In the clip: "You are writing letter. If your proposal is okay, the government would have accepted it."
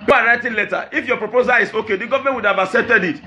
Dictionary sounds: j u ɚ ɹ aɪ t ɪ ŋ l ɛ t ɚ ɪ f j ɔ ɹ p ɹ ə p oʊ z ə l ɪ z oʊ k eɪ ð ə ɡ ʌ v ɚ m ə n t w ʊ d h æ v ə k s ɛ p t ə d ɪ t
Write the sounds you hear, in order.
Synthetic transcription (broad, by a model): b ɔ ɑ ɹ aɪ t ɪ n l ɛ t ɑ ɪ f j ɔ p ɹ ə p oʊ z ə l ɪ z oʊ k eɪ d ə ɡ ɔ v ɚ m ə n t w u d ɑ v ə s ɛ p t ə d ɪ t